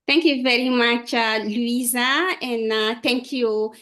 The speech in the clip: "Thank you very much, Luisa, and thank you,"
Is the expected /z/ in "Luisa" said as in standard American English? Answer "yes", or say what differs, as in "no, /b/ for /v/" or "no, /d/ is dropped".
yes